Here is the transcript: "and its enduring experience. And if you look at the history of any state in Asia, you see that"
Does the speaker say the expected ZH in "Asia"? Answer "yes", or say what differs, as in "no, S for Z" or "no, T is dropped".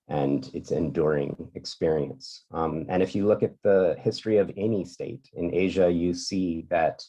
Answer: yes